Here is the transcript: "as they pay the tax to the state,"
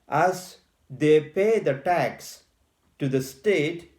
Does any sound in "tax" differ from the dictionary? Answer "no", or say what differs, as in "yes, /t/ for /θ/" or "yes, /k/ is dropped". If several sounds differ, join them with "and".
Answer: no